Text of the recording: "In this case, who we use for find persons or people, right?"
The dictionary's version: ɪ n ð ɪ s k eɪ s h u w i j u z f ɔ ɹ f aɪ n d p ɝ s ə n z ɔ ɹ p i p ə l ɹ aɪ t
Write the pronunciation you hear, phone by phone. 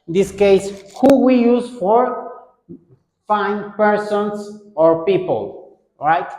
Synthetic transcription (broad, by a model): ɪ n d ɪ s k eɪ s h u w i j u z f ɔ ɹ f aɪ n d p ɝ s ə n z ɔ ɹ p i p ə l ɹ aɪ t